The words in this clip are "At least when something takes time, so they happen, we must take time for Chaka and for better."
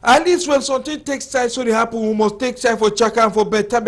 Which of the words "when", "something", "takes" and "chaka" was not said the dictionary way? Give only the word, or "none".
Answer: something